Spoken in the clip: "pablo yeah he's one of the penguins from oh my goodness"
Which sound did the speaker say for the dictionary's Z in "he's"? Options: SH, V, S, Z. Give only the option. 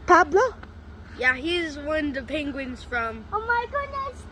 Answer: Z